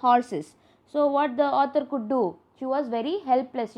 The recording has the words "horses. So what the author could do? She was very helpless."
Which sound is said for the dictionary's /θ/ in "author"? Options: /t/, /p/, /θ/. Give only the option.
/t/